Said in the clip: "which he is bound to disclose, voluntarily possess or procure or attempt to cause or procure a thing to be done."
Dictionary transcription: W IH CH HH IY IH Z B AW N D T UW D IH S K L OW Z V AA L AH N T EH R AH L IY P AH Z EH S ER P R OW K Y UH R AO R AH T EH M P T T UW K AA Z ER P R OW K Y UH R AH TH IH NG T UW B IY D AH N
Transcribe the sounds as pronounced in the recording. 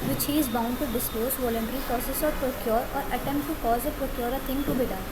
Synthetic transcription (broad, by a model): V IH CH HH IY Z B AW N D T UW D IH S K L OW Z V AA L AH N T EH R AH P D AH S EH S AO P R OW K Y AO R AO R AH T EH M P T T UW K AA Z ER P R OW K Y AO R AH T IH NG T UW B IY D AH